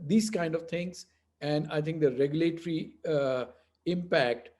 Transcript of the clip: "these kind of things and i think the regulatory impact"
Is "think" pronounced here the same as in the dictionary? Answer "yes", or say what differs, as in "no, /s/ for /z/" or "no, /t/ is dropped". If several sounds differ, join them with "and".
no, /t/ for /θ/